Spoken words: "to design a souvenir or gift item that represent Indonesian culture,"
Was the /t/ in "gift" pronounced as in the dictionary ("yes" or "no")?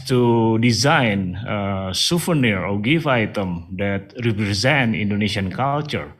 no